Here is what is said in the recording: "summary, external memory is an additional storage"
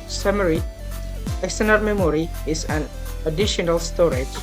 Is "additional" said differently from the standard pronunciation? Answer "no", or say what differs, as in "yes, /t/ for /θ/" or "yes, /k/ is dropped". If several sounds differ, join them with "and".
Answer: no